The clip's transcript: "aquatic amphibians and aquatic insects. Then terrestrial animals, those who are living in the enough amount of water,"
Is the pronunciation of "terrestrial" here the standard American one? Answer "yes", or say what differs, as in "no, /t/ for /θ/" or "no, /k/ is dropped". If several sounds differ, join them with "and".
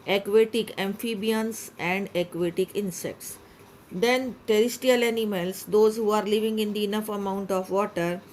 no, /ɹ/ is dropped